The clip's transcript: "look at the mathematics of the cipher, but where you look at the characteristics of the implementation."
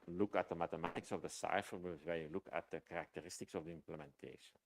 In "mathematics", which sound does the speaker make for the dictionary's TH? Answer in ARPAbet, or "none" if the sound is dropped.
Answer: T